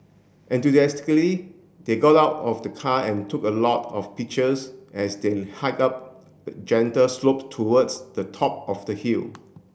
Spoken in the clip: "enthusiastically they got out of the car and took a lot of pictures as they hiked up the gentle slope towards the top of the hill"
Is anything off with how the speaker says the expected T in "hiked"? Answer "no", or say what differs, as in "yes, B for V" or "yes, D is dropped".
yes, T is dropped